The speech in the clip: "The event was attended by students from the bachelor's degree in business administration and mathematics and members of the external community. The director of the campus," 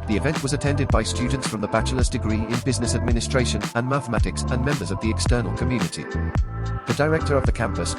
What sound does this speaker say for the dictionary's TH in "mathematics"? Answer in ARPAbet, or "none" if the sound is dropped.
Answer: TH